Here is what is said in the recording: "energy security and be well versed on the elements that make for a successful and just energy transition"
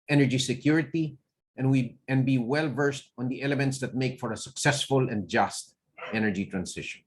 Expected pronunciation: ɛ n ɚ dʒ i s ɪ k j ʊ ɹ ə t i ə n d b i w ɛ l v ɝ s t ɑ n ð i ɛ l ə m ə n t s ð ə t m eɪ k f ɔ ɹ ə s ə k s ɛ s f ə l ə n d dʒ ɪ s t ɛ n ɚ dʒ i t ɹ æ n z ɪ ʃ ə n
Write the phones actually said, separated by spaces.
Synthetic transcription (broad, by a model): ɛ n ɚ dʒ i s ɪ k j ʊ ɹ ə t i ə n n b i w ɛ l v ɝ s t ɑ n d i ɛ l ə m ə n t s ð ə t m eɪ k f ɔ ɹ ə s ə k s ɛ s f ə l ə n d dʒ ɪ s t ɛ n ɚ dʒ i t ɹ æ n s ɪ ʃ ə n